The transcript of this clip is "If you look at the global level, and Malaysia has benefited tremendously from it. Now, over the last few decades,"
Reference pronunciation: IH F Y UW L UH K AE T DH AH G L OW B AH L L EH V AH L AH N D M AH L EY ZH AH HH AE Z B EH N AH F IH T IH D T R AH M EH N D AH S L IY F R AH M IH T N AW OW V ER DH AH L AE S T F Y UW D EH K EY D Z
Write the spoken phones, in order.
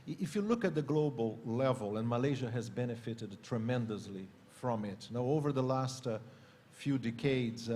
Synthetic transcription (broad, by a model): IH F Y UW L UH K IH T DH AH G L OW B AH L L EH V AH L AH N M AH L EY ZH AH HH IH Z B EH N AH F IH T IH D T R AH M EH N D AH S L IY F R AH M IH T N AW OW V ER DH AH L AE S T F Y UW D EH K EY D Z